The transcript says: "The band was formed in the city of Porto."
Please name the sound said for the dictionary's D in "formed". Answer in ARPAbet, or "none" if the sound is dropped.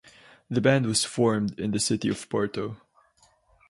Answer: D